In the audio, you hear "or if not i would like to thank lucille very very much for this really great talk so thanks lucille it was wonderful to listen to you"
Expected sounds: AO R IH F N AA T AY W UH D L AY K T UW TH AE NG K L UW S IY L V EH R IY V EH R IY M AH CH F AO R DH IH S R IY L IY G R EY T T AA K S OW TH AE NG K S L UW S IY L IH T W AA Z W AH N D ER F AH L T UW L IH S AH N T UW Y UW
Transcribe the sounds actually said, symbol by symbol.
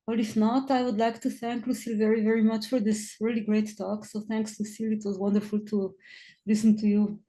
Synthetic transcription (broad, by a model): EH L IH F N AA T AY W UH D L AY K T UW TH AE NG K L UW S IY L V EH R IY V EH R IY M AH CH F AO R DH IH S R IY L IY G R EY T T AA K S OW TH AE NG K S L UW S IY L IH T W AA Z W AH N D ER F AH L T UW L IH S AH N T UW Y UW